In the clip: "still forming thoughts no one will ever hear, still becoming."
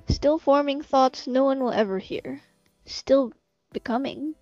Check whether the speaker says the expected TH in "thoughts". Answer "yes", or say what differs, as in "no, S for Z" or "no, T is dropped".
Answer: yes